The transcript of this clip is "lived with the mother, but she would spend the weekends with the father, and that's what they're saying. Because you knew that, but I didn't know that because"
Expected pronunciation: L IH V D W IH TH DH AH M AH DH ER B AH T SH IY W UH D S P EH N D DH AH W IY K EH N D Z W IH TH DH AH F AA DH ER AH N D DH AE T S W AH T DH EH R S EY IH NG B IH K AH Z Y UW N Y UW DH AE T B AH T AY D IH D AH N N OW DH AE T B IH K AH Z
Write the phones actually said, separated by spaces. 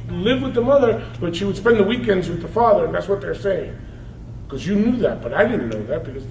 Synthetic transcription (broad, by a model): L IH V W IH DH AH M AH DH ER B AH T SH IY W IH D S P EH N DH AH W IY K EH N D Z W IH DH AH F AA DH ER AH N DH AE T S W AH T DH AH R S EY IH NG K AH Z Y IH N Y UW DH AE T B AH T AY D IH D N N OW DH AE T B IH K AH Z